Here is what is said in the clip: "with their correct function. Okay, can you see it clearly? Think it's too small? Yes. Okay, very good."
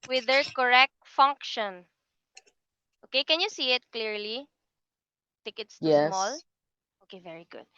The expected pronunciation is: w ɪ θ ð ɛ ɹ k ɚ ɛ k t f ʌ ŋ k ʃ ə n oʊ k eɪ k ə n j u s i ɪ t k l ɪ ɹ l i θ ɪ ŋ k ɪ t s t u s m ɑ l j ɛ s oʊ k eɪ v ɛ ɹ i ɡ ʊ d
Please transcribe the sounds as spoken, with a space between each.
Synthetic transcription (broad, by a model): w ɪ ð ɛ ɹ k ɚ ɛ k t f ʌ ŋ k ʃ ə n oʊ k eɪ k ə n j u s i ɪ t k l ɪ ɹ l i t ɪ k ɪ t s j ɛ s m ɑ l oʊ k eɪ v ɛ ɹ i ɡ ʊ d